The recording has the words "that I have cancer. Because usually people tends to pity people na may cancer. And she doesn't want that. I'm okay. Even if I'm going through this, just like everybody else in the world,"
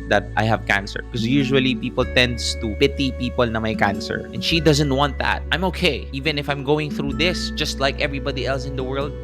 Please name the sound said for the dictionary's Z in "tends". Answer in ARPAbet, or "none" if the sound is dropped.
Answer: S